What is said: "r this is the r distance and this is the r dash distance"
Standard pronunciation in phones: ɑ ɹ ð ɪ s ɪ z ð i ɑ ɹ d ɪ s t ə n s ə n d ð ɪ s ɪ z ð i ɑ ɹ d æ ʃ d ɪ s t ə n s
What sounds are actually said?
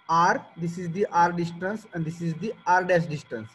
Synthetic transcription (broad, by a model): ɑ ɹ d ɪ s ɪ z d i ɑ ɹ d ɪ s t ə n s ə n d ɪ s ɪ z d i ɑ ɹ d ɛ s d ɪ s t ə n s